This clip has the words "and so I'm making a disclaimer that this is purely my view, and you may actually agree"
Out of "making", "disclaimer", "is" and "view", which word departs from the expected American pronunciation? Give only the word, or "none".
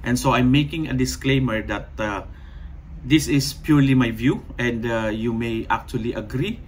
is